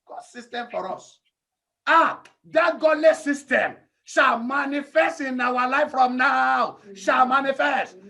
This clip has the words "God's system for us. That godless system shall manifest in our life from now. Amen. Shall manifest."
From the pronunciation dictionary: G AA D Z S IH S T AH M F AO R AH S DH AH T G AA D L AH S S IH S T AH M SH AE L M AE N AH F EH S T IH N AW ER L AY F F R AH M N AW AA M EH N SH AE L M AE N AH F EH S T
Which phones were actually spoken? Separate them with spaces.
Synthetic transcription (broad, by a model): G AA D S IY S T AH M F AO R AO S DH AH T G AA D L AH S S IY S T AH M SH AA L M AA N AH F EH S T IH N AW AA L AY F F R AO M N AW AA UH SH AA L M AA N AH F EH S T